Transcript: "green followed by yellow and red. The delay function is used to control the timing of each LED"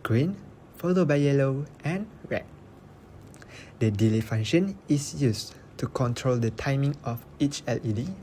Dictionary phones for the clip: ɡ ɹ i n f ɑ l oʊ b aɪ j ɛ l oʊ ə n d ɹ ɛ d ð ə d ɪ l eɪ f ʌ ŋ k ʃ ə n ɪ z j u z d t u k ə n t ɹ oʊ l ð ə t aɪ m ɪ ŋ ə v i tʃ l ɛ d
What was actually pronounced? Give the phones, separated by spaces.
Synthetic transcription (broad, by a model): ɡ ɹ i n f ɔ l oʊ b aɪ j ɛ l oʊ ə n ɹ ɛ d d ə d ɪ l eɪ f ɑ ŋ ʃ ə n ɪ s j u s t u k ə n t ɹ oʊ l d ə t aɪ m ɪ ŋ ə f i tʃ l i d